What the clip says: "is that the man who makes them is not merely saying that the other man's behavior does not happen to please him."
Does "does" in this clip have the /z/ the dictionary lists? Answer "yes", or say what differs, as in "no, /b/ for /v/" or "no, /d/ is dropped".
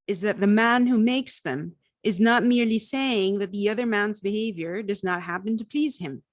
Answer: yes